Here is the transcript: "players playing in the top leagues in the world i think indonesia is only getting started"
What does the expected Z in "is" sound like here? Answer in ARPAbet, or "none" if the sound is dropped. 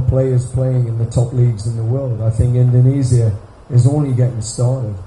Z